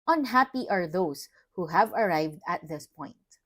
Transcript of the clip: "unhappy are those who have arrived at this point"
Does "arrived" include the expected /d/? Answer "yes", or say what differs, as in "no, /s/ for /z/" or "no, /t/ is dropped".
yes